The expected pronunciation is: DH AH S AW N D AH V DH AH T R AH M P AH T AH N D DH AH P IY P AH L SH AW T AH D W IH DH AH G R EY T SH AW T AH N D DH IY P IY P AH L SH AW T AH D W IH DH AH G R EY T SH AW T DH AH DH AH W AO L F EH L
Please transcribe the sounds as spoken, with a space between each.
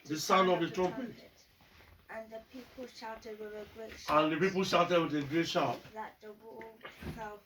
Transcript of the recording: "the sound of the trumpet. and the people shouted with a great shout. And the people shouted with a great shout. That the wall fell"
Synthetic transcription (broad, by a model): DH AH S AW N AH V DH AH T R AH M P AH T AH N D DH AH P IY P AH L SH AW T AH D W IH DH AH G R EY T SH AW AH N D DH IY P IY P AH L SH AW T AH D W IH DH AH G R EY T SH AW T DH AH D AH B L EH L